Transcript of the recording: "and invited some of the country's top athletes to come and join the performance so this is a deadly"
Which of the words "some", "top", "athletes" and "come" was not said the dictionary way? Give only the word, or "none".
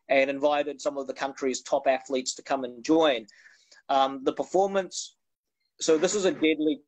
none